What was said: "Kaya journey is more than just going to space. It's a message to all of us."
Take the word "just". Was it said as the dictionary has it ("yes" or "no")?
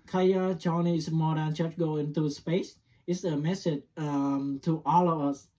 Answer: no